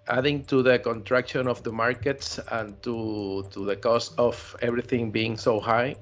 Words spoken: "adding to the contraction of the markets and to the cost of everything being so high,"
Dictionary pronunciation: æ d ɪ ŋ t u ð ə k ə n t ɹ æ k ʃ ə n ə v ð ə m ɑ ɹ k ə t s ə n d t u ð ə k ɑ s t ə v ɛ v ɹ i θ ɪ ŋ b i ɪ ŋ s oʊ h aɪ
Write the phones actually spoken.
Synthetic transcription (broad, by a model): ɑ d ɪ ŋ t u ð ə k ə n t ɹ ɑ k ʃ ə n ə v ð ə m ɑ ɹ k ə t s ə n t t u ð ə k ɑ s t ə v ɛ b ɹ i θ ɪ ŋ b i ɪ ŋ s oʊ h aɪ